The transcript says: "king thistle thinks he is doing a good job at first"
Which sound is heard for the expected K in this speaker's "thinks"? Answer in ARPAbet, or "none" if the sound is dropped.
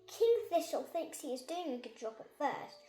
K